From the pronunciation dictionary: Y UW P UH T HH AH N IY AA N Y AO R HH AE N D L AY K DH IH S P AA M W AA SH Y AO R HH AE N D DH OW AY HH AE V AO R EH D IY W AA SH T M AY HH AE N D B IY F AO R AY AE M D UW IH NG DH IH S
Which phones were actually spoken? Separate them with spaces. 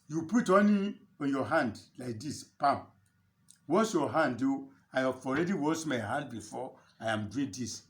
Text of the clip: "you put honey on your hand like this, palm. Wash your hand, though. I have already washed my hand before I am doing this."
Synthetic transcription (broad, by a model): Y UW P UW T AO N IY AA N Y AO HH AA N D L AY K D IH S P AA M W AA S Y AO HH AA N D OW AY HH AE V AO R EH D IY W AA S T M AY HH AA N D B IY F AO AY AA M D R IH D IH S